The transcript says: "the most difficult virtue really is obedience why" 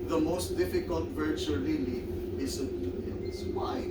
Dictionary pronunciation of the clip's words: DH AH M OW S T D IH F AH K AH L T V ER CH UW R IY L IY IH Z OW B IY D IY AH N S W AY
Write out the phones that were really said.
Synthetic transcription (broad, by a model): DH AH M OW S T D IH F AH K AH L T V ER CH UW L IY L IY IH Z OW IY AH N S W AY